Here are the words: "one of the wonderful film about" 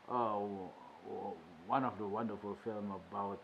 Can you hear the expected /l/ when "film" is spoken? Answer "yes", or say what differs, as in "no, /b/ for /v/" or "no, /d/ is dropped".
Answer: yes